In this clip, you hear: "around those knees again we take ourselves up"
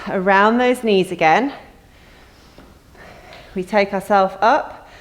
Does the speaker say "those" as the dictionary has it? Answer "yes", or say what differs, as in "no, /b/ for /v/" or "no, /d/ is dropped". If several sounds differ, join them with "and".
yes